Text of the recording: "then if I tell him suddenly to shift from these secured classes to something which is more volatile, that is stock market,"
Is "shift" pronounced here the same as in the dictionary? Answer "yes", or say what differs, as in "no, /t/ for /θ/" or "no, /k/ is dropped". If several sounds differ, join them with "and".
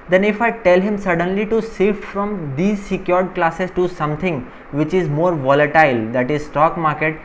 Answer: no, /s/ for /ʃ/